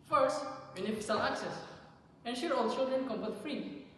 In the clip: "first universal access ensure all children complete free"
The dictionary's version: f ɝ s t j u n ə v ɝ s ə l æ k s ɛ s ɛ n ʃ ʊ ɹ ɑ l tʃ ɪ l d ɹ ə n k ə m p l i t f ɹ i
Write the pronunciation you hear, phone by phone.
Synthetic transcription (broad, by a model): f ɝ s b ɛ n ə f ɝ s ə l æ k s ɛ s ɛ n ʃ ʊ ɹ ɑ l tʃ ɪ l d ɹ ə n k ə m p ʌ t f ɹ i